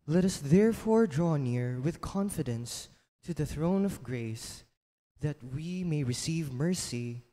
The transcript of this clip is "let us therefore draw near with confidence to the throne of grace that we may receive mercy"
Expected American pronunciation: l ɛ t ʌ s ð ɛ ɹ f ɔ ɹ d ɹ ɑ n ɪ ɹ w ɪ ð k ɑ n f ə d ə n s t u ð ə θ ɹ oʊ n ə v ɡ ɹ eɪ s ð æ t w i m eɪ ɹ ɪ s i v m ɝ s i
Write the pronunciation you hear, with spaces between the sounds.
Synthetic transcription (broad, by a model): l ɛ t ʌ s ð ɛ ɹ f ɔ ɹ d ɹ ɑ n ɪ ɹ w ɪ ð k ɑ n f ə d ə n s t u ð ə θ ɹ oʊ n ə v ɡ ɹ eɪ s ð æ t w i m eɪ ɹ ɪ s i v m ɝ s i